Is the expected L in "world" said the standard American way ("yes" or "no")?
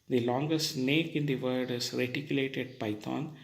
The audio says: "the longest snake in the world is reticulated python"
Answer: no